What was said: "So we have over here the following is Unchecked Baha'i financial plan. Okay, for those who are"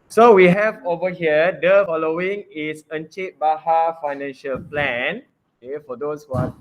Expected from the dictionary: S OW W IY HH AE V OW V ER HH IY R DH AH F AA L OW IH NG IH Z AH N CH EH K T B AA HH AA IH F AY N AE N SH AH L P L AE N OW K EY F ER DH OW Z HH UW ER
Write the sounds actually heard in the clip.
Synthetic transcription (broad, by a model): S OW W IY HH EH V OW V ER HH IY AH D AH F AA L OW IH NG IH S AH N CH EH T B AA HH AA F AY N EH N SH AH L P L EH N OW K EY F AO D OW S HH UW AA